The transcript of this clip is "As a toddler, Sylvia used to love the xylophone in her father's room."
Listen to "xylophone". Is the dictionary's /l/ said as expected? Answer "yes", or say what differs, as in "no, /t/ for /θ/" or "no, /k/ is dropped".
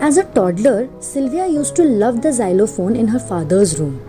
yes